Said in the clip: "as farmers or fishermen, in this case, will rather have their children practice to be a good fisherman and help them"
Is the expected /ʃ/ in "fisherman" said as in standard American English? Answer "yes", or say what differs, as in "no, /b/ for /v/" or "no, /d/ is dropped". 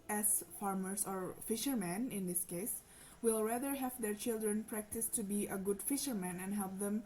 yes